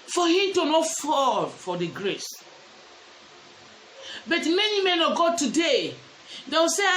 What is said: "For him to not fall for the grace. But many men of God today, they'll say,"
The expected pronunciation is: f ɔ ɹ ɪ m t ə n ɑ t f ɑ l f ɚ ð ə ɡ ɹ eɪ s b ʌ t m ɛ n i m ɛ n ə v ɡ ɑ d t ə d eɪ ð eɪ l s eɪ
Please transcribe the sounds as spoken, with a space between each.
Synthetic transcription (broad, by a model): f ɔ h ɪ m t ə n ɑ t f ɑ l f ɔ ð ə ɡ ɹ eɪ s b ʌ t m ɛ n i m ɛ n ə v ɡ ɑ d t ə d eɪ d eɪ w s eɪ